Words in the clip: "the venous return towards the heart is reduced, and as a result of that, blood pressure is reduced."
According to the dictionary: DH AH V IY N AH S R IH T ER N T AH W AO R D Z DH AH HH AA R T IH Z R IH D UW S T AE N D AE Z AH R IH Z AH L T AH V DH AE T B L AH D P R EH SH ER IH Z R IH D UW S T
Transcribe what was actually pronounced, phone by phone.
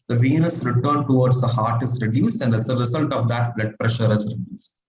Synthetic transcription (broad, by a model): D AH V IY N AH S R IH T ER N T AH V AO R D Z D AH HH AA R T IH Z R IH D UW S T AE N D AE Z AH R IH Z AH L T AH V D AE T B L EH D P R EH SH ER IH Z R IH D UW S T